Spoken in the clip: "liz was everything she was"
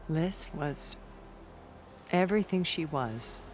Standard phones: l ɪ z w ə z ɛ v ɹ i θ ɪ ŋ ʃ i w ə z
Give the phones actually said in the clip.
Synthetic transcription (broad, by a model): l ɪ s w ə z ɛ v ɹ i θ ɪ ŋ ʃ i w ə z